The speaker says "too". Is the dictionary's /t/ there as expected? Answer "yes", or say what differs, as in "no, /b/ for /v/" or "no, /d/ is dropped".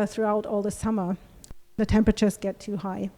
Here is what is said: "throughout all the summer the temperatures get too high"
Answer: yes